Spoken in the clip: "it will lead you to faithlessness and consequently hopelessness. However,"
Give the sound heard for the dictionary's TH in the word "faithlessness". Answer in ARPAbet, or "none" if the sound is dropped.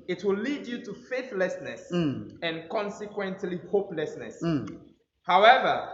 TH